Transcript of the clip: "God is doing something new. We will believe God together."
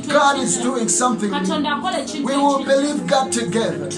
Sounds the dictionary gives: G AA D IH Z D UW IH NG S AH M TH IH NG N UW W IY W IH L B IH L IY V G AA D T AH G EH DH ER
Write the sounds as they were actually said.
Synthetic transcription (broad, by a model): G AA D IH Z D UW IH NG S AH M TH IH NG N W IY W IH L B IH L IY V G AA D T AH G EH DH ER